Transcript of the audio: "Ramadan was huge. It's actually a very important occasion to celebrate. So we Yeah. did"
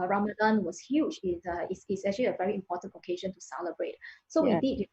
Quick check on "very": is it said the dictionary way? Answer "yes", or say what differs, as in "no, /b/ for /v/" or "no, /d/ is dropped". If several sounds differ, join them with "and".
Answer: yes